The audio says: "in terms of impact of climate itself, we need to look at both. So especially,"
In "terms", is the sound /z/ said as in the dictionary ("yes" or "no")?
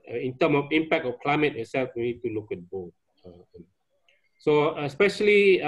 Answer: no